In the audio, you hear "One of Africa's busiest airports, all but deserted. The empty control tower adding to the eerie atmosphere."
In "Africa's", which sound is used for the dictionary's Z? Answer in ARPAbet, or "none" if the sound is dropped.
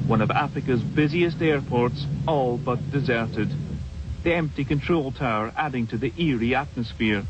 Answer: Z